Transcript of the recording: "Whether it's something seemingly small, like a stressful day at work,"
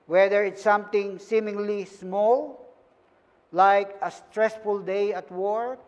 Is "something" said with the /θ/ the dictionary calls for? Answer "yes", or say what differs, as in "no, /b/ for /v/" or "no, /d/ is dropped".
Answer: no, /t/ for /θ/